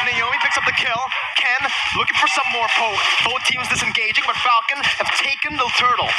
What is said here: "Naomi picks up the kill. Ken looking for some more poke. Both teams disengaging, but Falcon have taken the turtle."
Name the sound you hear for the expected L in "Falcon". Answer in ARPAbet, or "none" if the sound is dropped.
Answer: L